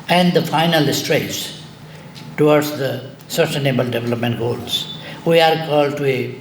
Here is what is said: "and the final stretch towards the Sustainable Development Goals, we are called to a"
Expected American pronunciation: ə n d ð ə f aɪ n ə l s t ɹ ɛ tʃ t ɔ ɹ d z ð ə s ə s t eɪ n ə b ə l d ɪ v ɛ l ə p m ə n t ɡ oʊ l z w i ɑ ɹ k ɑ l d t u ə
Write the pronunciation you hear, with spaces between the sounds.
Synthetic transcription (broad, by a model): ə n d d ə f aɪ n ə l s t ɹ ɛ s t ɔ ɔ d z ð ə s ə s t eɪ n ə b ə l d ɪ v ɛ l ə p m ə n t ɡ oʊ l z w i ɑ ɹ k ɑ l d t u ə